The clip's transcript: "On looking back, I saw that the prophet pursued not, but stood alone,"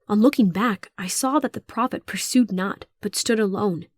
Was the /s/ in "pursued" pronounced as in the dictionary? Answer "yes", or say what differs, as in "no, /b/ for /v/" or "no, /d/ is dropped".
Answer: yes